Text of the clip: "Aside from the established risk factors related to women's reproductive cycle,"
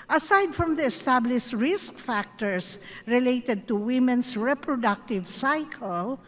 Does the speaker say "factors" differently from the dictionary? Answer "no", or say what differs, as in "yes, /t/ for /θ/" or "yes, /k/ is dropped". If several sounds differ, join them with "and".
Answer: yes, /s/ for /z/